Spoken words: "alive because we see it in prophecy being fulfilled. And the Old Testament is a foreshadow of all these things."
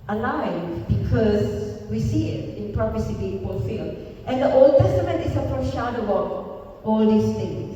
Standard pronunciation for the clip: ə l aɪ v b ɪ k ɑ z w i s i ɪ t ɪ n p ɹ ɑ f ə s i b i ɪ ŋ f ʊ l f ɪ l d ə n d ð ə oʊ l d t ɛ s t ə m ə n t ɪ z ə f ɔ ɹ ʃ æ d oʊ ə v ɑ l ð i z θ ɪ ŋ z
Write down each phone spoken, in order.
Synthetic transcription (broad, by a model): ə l aɪ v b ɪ k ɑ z w i s i ɪ t ɪ n p ɹ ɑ p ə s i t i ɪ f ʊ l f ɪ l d ə n d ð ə oʊ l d t ɛ s t ə m ə n t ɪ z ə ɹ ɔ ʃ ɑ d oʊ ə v ɑ l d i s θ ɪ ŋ